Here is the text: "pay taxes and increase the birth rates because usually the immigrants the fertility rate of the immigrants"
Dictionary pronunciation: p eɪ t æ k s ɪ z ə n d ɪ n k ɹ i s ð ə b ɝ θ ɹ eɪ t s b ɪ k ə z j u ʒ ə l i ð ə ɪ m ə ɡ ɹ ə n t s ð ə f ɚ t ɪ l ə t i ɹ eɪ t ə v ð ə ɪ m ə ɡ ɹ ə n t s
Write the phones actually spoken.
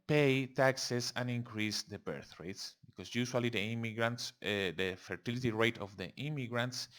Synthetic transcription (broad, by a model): p eɪ t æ k s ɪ s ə n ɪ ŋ k ɹ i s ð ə b ɝ θ ɹ eɪ t s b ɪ k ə s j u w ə l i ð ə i m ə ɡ ɹ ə n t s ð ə f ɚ t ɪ l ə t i ɹ eɪ t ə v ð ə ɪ m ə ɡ ɹ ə n t s